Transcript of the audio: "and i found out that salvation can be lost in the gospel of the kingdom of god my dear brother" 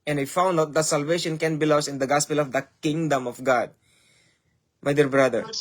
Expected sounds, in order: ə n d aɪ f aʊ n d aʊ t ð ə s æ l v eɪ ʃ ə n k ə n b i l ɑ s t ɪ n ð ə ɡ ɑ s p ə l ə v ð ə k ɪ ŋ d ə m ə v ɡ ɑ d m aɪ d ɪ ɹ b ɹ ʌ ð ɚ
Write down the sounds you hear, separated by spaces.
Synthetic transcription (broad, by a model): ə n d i f aʊ n d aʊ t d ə s æ l v eɪ ʃ ə n k ə n b i l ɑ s ɪ n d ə ɡ ɑ s p ə l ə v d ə k ɪ ŋ d ə m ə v ɡ ɑ d m aɪ d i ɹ b ɹ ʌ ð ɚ